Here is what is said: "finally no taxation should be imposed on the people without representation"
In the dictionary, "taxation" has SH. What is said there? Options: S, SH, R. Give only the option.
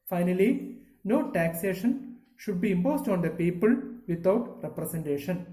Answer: SH